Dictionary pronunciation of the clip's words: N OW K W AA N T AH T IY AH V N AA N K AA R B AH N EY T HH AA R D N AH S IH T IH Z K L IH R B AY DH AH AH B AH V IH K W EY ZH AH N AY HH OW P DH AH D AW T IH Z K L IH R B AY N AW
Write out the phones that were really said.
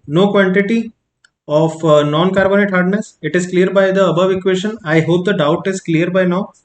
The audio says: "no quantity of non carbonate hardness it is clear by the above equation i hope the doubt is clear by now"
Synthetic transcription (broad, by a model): N OW K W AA N T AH T IY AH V N AA N K AA R B AH N EY T HH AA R D N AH S IH T IH Z K L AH R B AY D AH AH B AH V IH K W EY SH AH N AY HH OW P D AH D AW T IH Z K L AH R B AY N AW